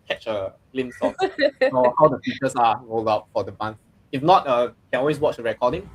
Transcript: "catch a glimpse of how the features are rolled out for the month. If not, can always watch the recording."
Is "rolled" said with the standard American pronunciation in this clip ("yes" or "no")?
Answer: yes